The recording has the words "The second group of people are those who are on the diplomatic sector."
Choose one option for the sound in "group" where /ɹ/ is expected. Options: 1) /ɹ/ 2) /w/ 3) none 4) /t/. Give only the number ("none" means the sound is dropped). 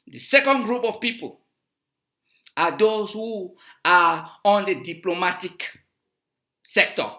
1